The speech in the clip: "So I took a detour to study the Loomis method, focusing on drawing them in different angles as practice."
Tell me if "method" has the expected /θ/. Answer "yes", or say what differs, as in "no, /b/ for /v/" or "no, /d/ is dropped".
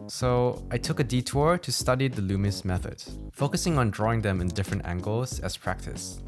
yes